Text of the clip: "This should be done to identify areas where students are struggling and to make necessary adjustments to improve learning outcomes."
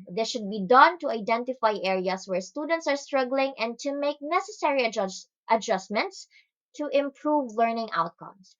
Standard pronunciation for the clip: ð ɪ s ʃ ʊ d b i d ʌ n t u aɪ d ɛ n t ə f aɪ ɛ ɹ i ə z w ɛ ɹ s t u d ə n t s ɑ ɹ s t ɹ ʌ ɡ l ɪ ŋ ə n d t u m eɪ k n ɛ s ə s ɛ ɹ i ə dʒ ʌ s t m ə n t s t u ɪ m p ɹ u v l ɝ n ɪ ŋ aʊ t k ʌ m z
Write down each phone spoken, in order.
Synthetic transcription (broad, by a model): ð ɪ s ʃ ʊ d b i d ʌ n t u aɪ d ɛ n t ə f aɪ ɛ ɹ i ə s w ɛ ɹ s t u d ə n t s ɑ ɹ s t ɹ ʌ ɡ l ɪ ŋ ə n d t u m eɪ k n ɛ s ə s ɛ ɹ i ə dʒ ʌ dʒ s m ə n t s t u ɪ m p ɹ u v l ɝ n ɪ ŋ aʊ t k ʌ m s